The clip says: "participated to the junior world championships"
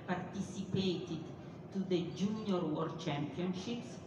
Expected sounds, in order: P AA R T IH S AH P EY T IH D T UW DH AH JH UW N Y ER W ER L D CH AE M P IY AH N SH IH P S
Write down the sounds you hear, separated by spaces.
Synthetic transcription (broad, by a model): P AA R T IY S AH P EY T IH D T UW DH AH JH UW N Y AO W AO D CH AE M P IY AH N SH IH P S